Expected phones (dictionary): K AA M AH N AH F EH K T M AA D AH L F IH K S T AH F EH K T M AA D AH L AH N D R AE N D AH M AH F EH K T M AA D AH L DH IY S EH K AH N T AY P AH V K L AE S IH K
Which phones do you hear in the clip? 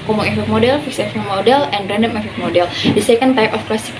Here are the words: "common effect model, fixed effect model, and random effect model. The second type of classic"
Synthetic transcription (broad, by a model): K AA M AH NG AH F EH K M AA D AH L F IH K S AH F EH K M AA D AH L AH N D R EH N D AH M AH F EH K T M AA D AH L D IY S EH K AH N T AY P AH F K L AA S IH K